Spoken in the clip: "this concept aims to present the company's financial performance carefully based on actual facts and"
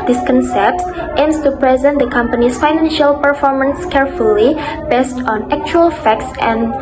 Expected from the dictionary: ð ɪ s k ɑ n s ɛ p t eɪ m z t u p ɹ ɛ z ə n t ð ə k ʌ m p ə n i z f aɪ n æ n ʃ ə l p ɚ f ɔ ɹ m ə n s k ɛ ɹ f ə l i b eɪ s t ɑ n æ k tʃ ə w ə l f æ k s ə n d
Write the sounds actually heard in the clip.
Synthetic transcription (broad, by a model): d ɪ s k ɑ n s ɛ p t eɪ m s t u p ɹ ɛ z ə n t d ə k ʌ m p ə n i s f aɪ n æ n ʃ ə l p ɚ f ɔ ɹ m ə n s k ɛ ɹ f ə l i b eɪ s t ɑ n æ k tʃ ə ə l f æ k s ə n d